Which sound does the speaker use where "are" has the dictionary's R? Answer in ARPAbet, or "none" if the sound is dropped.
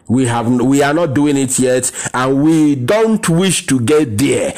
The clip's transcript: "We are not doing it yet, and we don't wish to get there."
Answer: W